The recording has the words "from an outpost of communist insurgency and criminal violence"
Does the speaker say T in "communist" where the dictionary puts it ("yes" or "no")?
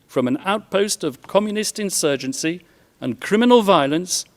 yes